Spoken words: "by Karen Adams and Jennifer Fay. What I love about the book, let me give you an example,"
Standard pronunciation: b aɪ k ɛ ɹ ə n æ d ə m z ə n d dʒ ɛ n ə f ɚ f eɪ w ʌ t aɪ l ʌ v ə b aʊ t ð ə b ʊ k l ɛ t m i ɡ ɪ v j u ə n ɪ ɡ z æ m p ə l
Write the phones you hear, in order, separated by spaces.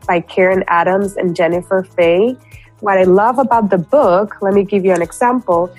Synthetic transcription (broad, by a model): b aɪ k ɛ ɹ ə n æ d ə m z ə n dʒ ɛ n ə f ɚ f eɪ w ʌ t aɪ l ʌ v ə b aʊ t ð ə b ʊ k l ɛ t m i ɡ ɪ v j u ə n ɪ ɡ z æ m p l